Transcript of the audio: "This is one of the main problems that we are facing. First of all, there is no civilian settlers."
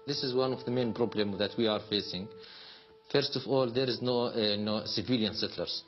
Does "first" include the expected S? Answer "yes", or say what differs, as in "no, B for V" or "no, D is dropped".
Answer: yes